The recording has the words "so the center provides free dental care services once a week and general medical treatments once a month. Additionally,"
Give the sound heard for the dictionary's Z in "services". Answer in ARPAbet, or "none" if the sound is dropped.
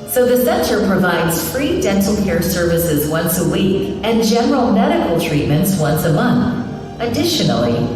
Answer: Z